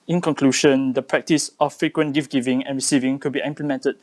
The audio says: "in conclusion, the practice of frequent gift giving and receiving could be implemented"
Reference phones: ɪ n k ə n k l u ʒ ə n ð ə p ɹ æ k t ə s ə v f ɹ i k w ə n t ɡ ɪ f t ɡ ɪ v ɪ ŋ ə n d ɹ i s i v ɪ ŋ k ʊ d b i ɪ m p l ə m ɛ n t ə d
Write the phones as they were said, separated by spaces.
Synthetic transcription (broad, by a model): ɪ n k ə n k l u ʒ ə n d ə p ɹ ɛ k t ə s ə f ɹ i k w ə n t ɡ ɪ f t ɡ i v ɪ ŋ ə n ɹ i s i v ɪ ŋ k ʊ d b i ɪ m p l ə m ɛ n t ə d